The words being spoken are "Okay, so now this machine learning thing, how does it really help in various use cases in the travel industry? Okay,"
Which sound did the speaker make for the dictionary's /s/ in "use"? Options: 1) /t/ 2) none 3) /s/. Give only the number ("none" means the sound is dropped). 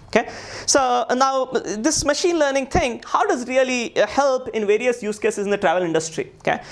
3